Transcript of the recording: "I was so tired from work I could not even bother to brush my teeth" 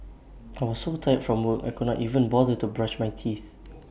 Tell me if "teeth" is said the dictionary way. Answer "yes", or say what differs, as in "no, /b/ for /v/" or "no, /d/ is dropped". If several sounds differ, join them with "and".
yes